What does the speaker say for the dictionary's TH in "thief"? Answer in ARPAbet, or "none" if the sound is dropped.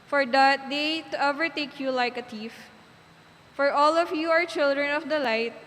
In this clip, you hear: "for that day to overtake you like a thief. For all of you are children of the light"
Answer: T